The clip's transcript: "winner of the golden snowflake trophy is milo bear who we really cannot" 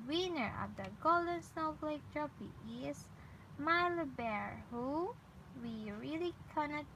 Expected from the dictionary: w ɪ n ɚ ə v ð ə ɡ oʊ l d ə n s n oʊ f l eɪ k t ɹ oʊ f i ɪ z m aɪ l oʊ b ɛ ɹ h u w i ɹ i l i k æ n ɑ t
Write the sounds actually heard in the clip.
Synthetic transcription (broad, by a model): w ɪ n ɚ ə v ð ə ɡ oʊ l d ə n s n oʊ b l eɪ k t ɹ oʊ p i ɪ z m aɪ l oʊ b ɛ ɹ h u w i ɹ i l i k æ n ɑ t